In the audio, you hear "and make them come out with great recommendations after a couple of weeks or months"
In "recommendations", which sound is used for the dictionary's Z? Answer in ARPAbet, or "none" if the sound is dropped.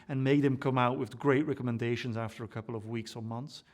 Z